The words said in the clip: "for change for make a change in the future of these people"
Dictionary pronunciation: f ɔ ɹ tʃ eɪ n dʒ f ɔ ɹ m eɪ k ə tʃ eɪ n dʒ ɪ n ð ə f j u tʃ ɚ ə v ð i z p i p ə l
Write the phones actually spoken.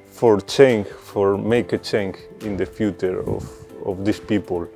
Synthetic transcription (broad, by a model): f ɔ ɹ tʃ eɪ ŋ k f ɔ ɹ m eɪ k ə tʃ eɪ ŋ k ɪ n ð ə f j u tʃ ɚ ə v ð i s p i p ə l